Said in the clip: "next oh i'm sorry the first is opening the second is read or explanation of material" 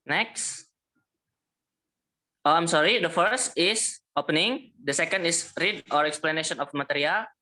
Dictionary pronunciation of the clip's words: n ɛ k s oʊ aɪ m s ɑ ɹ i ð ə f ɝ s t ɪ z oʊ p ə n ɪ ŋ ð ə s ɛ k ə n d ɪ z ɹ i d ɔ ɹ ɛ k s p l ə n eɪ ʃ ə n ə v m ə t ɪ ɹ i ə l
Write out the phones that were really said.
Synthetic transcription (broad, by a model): n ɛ k s oʊ aɪ m s ɑ ɹ i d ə f ɝ s t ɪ s oʊ p ə n ɪ ŋ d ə s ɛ k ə n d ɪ s ɹ i d ɔ ɹ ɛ k s p l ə n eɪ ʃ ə n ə f m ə t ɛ ɹ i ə l